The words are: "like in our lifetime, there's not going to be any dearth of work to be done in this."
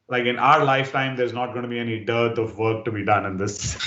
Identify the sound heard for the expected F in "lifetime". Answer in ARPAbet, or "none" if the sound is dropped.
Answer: F